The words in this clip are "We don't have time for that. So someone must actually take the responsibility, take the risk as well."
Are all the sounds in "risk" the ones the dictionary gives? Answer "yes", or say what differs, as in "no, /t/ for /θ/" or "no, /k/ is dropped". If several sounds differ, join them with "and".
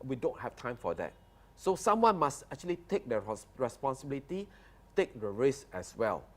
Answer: no, /k/ is dropped